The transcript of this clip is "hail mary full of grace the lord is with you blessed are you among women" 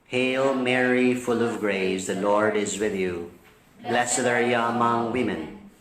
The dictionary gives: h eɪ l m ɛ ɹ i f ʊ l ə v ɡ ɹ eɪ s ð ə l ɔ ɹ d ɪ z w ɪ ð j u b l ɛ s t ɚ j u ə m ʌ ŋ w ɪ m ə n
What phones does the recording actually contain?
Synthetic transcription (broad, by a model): h eɪ l m ɛ ɹ i f ʊ l ə v ɡ ɹ eɪ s ð ə l ɔ ɹ d ɪ z w ɪ ð j u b l ɛ s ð ɚ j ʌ ə m ʌ ŋ w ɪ m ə n